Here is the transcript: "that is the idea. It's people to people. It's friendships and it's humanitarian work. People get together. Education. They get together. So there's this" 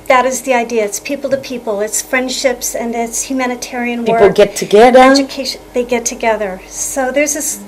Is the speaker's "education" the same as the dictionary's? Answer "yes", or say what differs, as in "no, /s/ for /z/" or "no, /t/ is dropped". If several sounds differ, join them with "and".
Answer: no, /ʃ/ is dropped